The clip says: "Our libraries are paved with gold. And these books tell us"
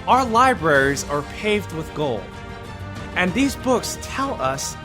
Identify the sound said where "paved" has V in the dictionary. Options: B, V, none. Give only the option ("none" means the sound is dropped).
V